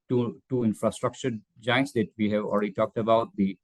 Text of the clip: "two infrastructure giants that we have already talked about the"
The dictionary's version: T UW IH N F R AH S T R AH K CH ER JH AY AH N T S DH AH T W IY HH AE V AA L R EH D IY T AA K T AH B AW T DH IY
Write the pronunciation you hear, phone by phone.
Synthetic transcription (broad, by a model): T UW IH N F R AH S T R AH K CH ER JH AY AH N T S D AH T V IY HH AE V AA L R EH D IY T AA K T AH B AW T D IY